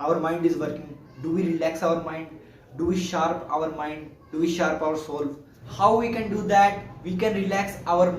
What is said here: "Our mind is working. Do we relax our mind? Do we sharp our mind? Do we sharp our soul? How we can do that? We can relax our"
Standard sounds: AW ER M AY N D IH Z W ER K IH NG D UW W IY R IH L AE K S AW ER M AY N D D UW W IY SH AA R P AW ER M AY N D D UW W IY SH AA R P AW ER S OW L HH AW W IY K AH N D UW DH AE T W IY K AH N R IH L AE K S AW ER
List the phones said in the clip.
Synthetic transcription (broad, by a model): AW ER M AY N D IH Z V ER K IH NG D UW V IY R IH L AE K S AW ER M AY N D D UW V IY SH AA R P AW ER M AY N D D UW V IY SH AA R P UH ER S OW L HH AW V IY K AH N D UW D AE T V IY K AH N R IH L AE K S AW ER